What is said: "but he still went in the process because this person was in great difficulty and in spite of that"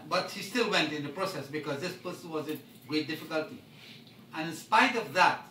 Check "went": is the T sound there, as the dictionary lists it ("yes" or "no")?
yes